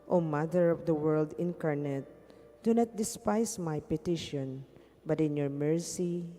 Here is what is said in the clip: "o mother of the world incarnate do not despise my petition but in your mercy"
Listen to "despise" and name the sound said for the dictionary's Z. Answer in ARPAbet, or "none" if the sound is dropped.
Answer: S